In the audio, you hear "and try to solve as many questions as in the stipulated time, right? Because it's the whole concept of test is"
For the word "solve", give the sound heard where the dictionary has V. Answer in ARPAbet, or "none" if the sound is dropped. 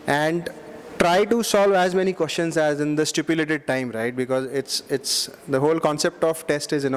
V